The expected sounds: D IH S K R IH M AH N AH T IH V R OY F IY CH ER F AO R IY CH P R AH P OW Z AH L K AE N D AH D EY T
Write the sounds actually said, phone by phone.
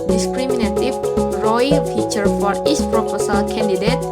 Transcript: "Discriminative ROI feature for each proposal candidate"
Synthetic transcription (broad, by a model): D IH S K R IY M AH N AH T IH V R OY F IY CH ER F AO R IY S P R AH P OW S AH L K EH N D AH D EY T